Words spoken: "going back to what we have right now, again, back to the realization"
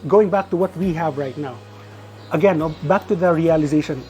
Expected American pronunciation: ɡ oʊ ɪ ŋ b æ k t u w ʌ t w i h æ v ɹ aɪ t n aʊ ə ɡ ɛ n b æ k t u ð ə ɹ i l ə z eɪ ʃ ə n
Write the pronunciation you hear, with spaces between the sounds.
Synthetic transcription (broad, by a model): ɡ oʊ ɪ ŋ b æ k t u w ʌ t w i h æ v ɹ aɪ t n aʊ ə ɡ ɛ n b æ k t u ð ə ɹ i l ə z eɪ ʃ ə n